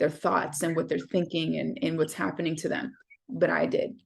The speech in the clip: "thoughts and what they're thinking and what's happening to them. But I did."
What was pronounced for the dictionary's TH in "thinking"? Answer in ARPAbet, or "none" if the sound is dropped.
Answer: TH